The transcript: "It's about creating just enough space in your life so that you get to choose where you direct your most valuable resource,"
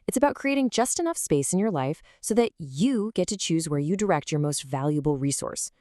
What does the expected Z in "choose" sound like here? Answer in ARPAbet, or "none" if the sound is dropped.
Z